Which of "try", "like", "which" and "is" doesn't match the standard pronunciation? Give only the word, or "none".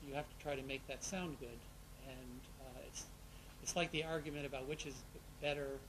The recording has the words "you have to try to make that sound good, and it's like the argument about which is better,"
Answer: none